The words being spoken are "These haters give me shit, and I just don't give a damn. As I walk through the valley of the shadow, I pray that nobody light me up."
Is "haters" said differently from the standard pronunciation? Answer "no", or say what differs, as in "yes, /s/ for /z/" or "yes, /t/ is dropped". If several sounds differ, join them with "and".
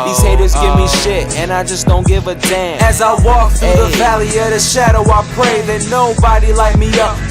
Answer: no